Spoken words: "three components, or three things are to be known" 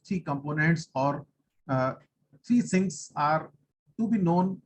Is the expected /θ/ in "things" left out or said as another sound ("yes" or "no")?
yes